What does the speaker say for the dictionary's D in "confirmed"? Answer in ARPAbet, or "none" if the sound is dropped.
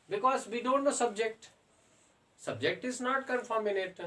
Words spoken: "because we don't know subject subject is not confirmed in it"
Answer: none